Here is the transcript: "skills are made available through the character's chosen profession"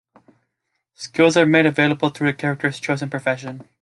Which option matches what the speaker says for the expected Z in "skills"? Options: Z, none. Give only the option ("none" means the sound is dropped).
Z